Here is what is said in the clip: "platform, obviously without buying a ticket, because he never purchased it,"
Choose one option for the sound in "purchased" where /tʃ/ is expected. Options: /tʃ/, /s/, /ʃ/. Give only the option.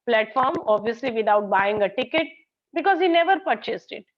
/tʃ/